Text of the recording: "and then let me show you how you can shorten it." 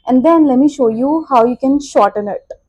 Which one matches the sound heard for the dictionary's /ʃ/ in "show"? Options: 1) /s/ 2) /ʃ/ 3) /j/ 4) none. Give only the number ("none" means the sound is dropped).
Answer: 2